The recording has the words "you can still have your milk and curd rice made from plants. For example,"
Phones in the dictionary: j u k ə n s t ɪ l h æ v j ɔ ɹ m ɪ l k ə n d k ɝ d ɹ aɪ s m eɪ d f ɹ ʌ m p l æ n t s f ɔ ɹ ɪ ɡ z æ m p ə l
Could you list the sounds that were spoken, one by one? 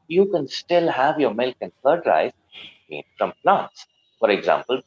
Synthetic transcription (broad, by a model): j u k ə n s t ɪ l h æ v j ɔ ɹ m ɪ l k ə n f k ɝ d ɹ aɪ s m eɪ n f ɹ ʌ m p l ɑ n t s f ɔ ɹ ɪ ɡ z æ m p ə l